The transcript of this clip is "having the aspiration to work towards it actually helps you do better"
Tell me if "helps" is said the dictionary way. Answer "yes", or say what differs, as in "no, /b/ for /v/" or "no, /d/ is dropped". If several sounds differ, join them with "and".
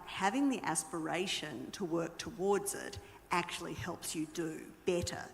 yes